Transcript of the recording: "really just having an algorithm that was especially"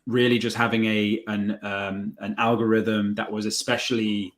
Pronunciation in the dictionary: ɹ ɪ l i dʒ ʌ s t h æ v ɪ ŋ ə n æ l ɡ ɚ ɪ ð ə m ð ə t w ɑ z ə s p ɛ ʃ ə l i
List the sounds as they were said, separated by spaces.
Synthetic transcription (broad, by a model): ɹ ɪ l i dʒ ʌ s t h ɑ v ɪ ŋ ə n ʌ l ɡ ɚ ɪ ð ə m ð ə t w ɑ z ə s p ɛ ʃ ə l i